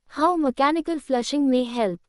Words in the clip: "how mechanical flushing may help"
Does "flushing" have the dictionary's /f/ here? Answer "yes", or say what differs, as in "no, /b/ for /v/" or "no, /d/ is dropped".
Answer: yes